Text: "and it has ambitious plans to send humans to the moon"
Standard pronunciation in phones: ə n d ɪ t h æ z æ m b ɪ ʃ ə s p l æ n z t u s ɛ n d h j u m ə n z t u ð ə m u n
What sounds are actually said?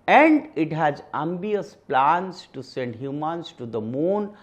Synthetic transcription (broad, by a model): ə n d ɪ t h æ z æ m b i ə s p l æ n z t u s ɛ n d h j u m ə n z t u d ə m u n